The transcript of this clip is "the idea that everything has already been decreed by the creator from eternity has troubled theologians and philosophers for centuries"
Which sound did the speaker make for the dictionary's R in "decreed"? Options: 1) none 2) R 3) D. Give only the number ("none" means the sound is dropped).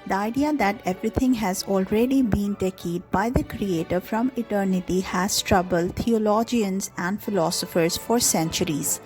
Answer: 1